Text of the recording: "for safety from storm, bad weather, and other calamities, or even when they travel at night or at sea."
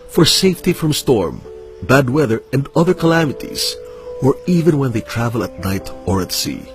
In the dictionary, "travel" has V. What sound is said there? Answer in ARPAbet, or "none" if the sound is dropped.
V